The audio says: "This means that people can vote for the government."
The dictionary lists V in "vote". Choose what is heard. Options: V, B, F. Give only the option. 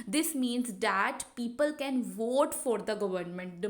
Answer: V